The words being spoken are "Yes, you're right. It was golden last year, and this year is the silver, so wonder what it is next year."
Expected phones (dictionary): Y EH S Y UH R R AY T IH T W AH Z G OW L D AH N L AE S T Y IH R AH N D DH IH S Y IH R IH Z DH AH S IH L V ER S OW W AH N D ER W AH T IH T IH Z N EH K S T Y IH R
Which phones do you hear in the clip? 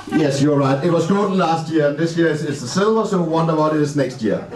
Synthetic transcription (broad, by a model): Y EH S Y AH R R AY T IH T W AH Z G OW D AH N L AE S T Y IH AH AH N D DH IH S Y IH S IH S DH AH S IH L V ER S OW W AH N D ER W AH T IH T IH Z N EH K S T Y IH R